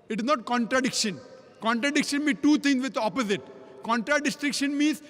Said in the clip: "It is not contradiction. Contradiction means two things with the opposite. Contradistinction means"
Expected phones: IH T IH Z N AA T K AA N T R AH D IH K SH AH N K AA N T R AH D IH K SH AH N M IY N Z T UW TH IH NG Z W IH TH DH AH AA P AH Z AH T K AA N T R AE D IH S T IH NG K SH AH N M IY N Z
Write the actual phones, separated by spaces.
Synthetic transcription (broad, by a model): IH T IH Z N AA T K AA N T R AH D IH K SH AH N K AA N T R AH D IH K SH AH N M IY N T UW T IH NG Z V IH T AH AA P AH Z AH T K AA N T R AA D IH S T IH K SH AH N M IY N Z